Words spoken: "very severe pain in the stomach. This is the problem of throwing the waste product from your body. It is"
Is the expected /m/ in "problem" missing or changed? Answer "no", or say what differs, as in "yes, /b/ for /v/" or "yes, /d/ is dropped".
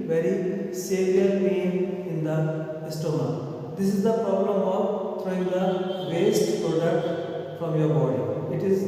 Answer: no